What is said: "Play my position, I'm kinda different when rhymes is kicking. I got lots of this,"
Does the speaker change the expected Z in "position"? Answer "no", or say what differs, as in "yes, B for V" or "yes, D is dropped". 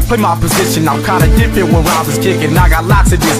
no